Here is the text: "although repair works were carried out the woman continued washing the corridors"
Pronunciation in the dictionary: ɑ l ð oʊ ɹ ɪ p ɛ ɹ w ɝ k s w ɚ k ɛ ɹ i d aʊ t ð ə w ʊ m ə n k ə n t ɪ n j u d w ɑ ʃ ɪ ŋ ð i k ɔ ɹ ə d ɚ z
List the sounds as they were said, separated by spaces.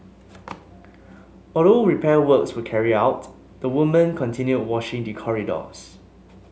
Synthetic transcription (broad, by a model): ɑ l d oʊ ɹ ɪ p ɛ w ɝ k s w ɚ k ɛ ɹ i aʊ t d ə w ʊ m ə n k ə n t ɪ n j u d w ɑ ʃ ɪ ŋ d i k ɔ ɹ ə d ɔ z